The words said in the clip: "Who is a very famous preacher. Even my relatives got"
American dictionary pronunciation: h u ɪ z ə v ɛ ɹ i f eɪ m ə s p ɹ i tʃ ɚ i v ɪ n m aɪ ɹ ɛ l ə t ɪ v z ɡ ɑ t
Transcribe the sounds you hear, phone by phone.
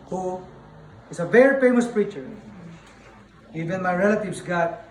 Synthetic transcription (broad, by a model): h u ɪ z ə v ɛ ɹ i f eɪ m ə s p ɹ i tʃ ɚ i v ɪ n m aɪ ɹ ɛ l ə t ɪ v s ɡ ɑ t